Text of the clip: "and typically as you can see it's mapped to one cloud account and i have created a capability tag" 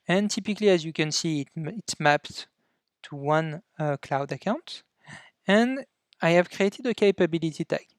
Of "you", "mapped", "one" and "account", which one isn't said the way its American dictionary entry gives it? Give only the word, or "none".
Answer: none